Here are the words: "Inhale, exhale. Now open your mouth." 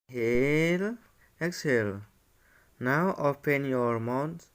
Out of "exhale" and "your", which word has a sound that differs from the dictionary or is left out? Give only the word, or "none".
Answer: none